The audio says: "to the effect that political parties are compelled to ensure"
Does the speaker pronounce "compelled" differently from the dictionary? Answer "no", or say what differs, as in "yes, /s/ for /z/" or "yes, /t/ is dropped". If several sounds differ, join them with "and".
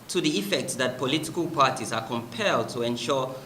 no